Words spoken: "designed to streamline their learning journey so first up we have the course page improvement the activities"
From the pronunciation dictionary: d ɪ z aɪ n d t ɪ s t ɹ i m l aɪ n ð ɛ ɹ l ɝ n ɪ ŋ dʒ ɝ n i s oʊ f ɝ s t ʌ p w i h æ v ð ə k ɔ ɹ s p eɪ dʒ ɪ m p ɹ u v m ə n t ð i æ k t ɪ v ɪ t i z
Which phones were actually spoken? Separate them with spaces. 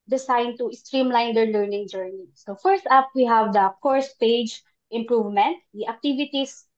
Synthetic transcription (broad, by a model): d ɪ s aɪ n t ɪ s t ɹ i m l aɪ n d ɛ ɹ l ɝ n ɪ ŋ dʒ ɝ n i s oʊ f ɝ s t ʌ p w i h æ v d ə k ɔ ɹ s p eɪ dʒ ɪ m p ɹ u v m ə n t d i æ k t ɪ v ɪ t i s